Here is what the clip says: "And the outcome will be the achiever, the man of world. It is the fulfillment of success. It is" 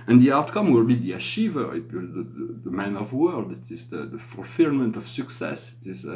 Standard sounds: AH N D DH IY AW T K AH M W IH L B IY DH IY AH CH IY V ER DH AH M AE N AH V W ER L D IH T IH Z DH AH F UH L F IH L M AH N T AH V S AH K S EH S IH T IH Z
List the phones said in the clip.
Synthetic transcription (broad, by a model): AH N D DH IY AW T K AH M W IH L B IY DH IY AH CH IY V ER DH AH M AE N AH V W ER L D IH T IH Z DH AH F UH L F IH L M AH N T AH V S AH K S EH S IH T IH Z